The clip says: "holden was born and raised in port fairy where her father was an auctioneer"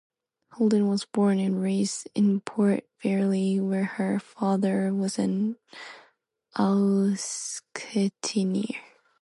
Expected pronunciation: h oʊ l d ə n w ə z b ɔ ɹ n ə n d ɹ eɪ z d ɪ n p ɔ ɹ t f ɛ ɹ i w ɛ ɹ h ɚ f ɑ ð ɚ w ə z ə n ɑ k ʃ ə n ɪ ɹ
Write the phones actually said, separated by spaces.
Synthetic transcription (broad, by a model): h oʊ l d ə n w ə z b ɔ ɹ n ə n ɹ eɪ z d ɪ n p ɔ ɹ t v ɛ ɹ i w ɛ ɹ h ɚ f ɑ ð ɚ w ə z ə n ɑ k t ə n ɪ ɹ